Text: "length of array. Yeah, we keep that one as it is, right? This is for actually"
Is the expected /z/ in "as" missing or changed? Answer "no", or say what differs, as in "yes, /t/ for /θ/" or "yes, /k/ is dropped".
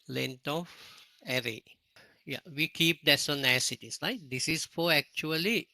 yes, /s/ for /z/